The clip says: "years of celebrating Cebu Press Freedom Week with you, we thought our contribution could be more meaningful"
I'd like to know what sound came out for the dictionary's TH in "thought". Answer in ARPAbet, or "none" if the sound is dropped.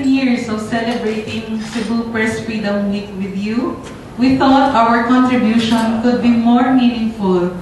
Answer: T